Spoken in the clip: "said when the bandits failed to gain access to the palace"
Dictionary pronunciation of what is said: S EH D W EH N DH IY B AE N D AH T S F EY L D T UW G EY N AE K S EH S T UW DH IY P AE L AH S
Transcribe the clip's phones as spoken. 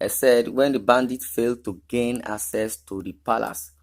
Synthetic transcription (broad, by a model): S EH D W EH N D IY B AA N D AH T F EY L D T UW G EY N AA K S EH S T UW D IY P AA L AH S